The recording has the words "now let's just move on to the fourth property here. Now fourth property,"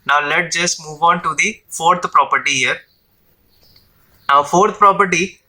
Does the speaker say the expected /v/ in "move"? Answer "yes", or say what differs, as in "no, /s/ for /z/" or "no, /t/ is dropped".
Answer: yes